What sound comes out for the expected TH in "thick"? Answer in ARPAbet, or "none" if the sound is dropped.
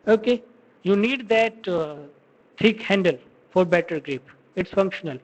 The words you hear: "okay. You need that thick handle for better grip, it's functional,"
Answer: T